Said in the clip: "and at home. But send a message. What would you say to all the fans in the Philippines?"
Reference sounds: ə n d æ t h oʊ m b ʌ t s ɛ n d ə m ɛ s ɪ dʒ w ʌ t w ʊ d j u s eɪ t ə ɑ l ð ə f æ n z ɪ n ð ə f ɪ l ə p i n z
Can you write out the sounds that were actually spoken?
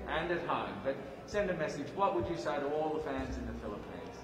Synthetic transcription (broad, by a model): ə n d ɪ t h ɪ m b ʌ t s ɛ n d ə m ɛ s ɪ dʒ w ʌ t w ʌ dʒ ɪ s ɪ t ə ɑ l ð ə f æ n z ɪ n ð ə f ɪ l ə p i n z